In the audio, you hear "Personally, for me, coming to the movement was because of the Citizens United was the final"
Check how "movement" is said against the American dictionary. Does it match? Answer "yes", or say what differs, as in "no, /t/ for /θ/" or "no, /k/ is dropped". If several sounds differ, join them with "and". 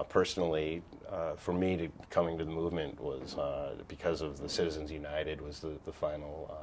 yes